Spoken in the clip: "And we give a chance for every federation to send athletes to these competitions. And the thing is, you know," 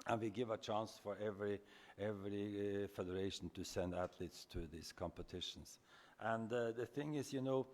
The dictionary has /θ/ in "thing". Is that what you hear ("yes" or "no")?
yes